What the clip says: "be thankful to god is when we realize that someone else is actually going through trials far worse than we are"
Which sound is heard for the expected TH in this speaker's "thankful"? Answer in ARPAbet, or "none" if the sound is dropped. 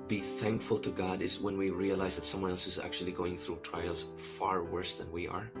TH